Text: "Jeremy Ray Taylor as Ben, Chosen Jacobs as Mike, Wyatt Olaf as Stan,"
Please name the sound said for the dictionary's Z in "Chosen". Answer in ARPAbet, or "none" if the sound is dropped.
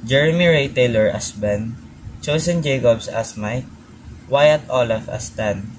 S